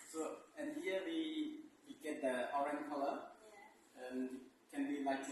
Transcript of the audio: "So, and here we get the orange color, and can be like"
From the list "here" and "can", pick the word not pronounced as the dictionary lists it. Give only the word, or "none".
here